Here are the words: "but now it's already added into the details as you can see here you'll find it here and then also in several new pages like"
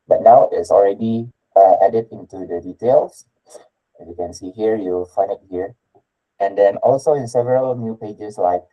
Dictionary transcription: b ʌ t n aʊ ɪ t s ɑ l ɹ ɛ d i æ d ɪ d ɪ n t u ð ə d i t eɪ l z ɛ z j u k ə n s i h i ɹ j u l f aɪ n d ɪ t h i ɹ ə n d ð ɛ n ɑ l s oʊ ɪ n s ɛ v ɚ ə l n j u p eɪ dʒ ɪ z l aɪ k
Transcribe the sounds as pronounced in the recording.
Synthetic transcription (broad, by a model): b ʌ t n aʊ ɪ t s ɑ l ɹ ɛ d i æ d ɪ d ɪ n t u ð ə d i t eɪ l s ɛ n j u k ə n s i h i ɹ j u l f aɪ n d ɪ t h i ɹ ə n d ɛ n ɑ l s oʊ ɪ n s ɛ v ɚ ə l n j u p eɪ dʒ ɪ s l aɪ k